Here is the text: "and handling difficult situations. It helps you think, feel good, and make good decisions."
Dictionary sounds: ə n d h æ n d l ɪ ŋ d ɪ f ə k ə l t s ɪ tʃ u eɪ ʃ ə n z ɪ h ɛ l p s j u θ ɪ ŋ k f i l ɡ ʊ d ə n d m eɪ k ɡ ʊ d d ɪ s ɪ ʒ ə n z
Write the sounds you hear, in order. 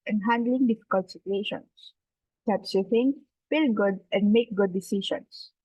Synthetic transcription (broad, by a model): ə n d h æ n d l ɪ ŋ d ɪ f ə k ə l t s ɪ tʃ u eɪ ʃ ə n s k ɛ p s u f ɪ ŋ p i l ɡ ʊ d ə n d m eɪ k ɡ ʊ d d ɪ s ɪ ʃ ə n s